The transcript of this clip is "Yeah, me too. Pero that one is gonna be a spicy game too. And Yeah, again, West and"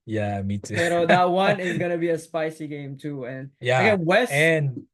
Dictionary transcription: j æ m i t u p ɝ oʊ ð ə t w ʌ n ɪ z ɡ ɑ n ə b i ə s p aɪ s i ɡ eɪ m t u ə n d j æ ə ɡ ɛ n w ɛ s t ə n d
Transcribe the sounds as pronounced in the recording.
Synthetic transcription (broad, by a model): j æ m i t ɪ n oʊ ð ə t w ʌ n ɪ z ɡ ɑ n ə b i ə s p aɪ s i ɡ eɪ m t u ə n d j æ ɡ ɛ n w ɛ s ə n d